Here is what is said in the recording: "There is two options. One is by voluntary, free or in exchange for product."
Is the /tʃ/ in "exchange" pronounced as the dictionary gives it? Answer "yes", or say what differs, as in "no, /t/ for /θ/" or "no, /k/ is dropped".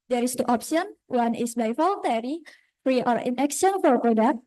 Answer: no, /tʃ/ is dropped